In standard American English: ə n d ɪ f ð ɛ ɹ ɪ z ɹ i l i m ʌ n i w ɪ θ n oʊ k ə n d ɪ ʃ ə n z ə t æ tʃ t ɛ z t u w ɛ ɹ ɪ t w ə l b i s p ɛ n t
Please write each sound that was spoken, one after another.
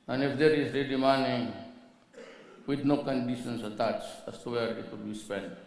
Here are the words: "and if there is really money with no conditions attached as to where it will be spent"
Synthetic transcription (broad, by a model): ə n ɪ f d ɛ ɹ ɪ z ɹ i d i m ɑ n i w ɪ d n oʊ k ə n d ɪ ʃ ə n s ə t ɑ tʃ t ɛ s t u w ɛ ɹ ɪ t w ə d b i s p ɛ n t